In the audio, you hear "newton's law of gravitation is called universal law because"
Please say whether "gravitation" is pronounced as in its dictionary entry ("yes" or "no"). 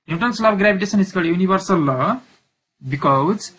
no